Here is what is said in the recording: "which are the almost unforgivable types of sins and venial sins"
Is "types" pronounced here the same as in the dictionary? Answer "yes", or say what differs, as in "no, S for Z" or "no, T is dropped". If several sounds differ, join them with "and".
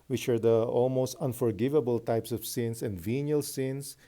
yes